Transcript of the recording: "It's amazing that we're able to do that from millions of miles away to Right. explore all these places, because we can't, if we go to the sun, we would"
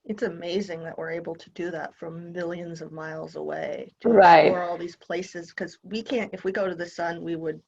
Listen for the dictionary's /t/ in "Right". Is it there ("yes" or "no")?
no